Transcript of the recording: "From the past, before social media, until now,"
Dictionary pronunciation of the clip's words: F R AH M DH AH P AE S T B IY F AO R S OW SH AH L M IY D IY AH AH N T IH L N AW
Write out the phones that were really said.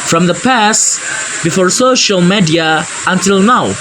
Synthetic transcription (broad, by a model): F R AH M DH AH P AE S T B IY F AO R S OW SH AH L M IY D IY AH AH N T IH L N AW